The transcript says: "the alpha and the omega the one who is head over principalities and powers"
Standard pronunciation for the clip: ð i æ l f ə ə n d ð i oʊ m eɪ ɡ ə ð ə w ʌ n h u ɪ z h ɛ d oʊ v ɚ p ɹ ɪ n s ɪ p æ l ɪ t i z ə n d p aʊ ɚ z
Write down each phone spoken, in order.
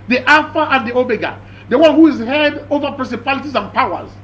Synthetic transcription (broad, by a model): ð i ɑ f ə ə n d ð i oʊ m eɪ ɡ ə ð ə w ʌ n h u ɪ z h ɛ d oʊ v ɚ p ɹ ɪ n s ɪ p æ l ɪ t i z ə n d p aʊ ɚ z